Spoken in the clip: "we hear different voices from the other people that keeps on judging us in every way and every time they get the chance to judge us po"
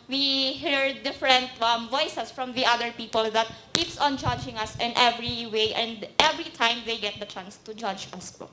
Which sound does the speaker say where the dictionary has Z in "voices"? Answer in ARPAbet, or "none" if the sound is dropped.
S